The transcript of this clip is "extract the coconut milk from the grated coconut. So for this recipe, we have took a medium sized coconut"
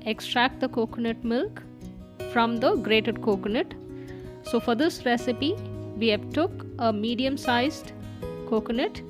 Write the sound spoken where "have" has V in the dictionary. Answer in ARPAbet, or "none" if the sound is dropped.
P